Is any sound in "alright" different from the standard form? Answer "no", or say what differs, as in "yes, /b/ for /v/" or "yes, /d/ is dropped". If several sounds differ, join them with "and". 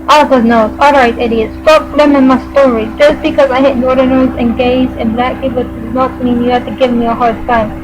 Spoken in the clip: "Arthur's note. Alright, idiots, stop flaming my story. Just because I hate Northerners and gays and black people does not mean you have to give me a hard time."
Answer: no